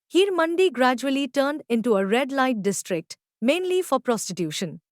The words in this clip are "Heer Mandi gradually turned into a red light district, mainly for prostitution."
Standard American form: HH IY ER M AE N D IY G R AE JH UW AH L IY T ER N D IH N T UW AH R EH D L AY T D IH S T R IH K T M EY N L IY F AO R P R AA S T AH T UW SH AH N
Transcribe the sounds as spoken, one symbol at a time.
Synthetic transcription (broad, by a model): HH IY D M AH N D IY G R AE JH UW AH L IY T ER N D IH N T UW AH R EH D L AY T D IH S T R IH K T M EY N L IY F AO R P R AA S T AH T UW SH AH N